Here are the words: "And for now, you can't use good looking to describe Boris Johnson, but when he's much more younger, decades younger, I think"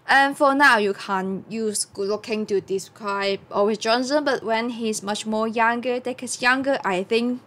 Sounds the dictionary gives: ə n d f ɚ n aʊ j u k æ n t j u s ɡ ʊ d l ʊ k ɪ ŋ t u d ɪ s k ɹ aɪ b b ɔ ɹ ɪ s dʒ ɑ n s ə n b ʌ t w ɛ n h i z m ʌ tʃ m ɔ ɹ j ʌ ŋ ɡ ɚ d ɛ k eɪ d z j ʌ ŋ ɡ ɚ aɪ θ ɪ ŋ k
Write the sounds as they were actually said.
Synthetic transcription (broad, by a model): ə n f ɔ n aʊ j u k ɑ n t j u s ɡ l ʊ k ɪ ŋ t u d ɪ s k ɹ aɪ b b ɔ w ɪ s dʒ ɑ n s ə n b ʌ t w ɛ n h i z m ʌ tʃ m ɔ j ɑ ŋ ɡ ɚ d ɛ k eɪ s j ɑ ŋ ɡ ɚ aɪ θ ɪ ŋ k